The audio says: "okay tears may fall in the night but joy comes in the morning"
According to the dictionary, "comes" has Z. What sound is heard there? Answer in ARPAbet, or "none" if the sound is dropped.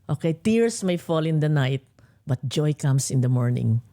S